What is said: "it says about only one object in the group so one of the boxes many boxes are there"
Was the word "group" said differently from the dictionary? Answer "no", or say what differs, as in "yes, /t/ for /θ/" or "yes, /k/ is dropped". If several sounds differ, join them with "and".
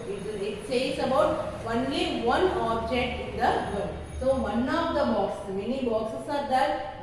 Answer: yes, /ɹ/ is dropped